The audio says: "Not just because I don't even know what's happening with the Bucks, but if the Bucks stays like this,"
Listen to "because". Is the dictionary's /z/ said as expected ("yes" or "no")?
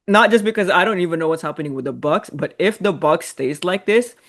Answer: yes